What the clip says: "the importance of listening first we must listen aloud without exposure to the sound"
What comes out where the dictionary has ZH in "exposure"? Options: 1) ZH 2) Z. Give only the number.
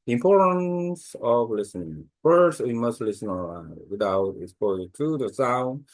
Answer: 2